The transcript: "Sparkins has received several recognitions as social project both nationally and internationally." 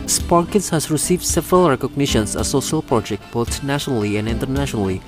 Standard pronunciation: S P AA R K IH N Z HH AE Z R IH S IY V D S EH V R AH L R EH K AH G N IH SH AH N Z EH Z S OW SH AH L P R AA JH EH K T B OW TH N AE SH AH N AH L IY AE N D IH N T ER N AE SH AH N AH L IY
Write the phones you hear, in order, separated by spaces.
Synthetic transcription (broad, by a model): S P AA R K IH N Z HH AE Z R IH S IY V D S EH V R AH L R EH K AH G N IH SH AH N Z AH S OW SH AH L P R AA JH EH K T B OW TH N AE SH AH N AH L IY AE N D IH N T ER N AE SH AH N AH L IY